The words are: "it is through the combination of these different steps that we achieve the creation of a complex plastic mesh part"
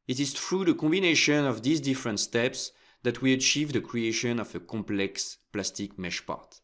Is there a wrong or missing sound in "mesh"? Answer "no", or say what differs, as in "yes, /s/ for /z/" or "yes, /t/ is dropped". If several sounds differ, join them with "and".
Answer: no